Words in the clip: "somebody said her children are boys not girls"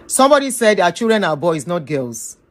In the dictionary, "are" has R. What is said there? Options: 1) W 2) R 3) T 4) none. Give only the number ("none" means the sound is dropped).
1